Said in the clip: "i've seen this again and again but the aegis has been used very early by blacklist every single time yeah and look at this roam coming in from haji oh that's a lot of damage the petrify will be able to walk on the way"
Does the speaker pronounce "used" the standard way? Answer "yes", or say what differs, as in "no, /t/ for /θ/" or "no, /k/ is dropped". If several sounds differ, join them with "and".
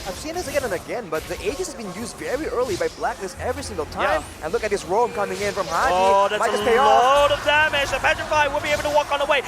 yes